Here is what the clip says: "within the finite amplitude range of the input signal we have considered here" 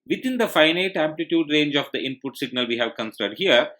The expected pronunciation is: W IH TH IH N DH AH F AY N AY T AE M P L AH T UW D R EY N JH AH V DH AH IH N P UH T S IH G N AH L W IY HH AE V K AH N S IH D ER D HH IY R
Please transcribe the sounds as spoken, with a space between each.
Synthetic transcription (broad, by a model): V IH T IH N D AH F AY N AY T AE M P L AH T UW D R EY N JH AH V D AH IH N P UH T S IH G N AH L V IY HH AE V K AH N S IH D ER D HH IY R